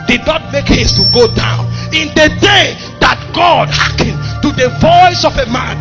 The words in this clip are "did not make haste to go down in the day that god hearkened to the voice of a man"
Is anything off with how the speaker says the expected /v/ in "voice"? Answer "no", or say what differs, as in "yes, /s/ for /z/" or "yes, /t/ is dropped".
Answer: no